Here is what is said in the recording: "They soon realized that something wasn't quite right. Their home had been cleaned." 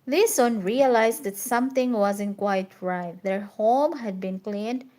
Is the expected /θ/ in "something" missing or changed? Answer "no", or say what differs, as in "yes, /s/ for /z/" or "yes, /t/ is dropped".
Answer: yes, /t/ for /θ/